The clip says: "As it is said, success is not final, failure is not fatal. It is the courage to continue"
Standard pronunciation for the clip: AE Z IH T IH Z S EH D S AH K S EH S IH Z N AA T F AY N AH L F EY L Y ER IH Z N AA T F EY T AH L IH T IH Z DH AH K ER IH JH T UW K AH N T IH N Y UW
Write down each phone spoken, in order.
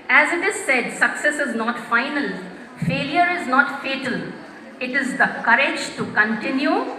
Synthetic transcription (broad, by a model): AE Z IH T IH Z S EH D S AH K S EH S IH Z N AA T F AY N AH L F EY L Y ER IH Z N AA T F EY T AH L IH T IH Z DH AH K ER IH JH T UW K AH N T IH N Y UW